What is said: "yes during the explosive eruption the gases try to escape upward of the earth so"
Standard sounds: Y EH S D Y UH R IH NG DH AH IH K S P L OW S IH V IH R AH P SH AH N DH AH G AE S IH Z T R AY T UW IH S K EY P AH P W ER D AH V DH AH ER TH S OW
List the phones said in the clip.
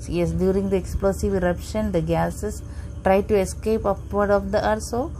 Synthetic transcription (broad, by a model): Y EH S D Y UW R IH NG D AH IH K S P L OW S IH V IH R AH P SH AH N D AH G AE S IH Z T R AY T UW IH S K EY P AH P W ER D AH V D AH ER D S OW